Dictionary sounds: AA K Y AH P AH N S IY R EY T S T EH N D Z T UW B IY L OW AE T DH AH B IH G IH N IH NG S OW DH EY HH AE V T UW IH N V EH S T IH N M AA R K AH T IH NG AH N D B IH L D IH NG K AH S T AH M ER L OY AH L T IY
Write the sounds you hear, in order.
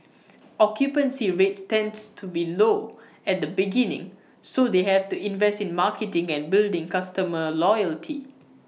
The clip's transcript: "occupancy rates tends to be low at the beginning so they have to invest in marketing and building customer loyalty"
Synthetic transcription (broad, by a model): AA K Y AH P AH N S IY R EY T S T EH N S T UW B IY L OW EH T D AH B IH G IH N IH NG S OW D EY HH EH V T UW IH N V EH S T IH N M AA K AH T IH NG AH N B IH L D IH NG K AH S T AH M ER L OY AH L T IY